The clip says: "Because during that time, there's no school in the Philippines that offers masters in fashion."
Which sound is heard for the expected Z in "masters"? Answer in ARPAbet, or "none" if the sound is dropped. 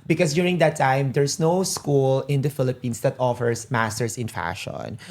S